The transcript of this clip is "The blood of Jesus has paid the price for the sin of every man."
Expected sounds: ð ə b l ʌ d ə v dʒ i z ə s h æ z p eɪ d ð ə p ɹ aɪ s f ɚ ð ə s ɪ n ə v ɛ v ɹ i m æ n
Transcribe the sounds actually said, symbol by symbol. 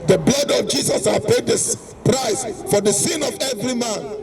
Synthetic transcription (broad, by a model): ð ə b l ʌ d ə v dʒ i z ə s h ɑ p eɪ d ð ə p ɹ aɪ s f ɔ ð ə s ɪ n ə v ɛ v ɹ i m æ n